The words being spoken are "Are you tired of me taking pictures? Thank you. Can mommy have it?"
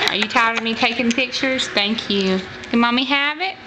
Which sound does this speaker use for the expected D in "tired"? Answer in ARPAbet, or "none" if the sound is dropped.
none